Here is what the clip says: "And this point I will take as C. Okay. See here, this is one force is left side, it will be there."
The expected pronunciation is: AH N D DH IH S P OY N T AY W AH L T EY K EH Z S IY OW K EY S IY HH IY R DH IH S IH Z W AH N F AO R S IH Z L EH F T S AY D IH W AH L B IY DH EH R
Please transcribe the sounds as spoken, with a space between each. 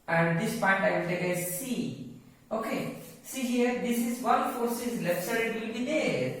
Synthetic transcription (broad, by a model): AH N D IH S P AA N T AY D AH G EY IH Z S IY OW K EY S IY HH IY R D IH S IH Z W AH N F AO R S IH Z L EH F T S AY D IH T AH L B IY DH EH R